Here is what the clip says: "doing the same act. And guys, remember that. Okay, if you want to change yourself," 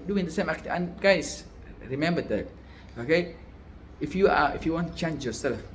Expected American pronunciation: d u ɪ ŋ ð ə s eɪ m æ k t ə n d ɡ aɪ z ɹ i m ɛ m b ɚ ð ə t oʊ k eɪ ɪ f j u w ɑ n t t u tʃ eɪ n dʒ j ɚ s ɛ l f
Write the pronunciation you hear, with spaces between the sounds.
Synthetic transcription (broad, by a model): d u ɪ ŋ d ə s eɪ m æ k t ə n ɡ aɪ s ɹ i m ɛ m b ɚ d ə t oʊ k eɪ ɪ f j u w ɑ n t t u tʃ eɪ n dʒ j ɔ s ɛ l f